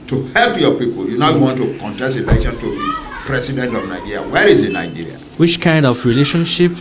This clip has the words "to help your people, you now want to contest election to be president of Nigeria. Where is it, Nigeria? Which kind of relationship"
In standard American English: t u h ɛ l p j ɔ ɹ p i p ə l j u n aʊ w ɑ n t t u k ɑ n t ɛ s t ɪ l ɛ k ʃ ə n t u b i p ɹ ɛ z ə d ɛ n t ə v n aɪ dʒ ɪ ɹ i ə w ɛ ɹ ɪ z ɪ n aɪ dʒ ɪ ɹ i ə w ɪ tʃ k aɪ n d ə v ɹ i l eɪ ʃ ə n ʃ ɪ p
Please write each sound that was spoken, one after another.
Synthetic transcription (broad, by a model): t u h ɛ l p j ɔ p i p ə l j u n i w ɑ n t t u k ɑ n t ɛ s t ɪ l ɛ k ʃ ə n t u b i p ɹ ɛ s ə d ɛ n t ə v n aɪ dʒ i ɹ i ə w ɛ ɹ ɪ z ɪ n aɪ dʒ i ɹ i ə w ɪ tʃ k aɪ n d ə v ɹ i l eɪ ʃ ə n ʃ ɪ p